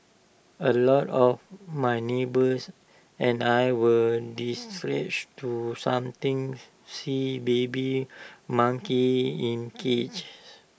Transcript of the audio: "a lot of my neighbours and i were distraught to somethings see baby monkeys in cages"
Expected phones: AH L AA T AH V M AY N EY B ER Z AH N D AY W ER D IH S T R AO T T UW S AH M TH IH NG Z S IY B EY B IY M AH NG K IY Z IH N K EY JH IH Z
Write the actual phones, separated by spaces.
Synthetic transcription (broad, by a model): AH L AA T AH F M AY N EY B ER S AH N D AY W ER D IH S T R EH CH T UW S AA M T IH NG S IY B EY B IY M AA NG K IY IH N K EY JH